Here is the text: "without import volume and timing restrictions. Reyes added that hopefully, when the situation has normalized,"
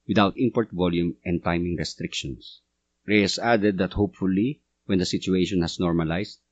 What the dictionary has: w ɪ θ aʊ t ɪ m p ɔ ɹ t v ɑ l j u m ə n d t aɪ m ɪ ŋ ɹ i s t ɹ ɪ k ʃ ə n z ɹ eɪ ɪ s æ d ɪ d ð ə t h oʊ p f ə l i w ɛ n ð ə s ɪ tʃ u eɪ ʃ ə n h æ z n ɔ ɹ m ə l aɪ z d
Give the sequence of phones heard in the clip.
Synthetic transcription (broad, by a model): w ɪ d aʊ t ɪ m p ɔ ɹ t v ɑ l j u m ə n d t aɪ m ɪ ŋ ɹ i s t ɹ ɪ k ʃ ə n s ɹ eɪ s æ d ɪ d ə t h oʊ p f ə l i w ɛ n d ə s ɪ tʃ u eɪ ʃ ə n h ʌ s n ɔ ɹ m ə l aɪ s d